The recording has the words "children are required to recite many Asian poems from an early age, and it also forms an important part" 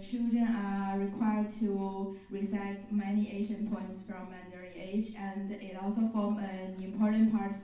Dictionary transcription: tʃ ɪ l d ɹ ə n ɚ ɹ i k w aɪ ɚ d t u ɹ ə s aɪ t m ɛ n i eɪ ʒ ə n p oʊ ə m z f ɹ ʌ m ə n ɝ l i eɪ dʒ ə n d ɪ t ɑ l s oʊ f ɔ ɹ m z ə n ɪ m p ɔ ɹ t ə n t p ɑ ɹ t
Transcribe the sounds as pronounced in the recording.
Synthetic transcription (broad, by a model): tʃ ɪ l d ɹ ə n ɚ ɹ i k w aɪ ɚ d t u ɹ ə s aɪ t m ɛ n i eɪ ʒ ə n p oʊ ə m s f ɹ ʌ m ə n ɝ i eɪ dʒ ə n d ɪ t ɑ l s oʊ f ɔ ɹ m ə n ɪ m p ɔ ɹ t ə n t p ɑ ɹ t